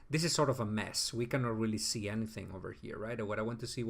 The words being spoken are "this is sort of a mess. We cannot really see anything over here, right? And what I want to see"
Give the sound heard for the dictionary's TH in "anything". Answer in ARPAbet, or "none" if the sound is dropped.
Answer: TH